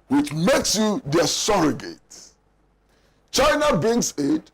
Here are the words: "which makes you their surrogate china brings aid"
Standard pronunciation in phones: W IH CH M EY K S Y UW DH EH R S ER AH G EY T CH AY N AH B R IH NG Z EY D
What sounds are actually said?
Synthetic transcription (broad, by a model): W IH CH M EY K S Y UW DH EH S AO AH G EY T CH AY N AH B IH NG S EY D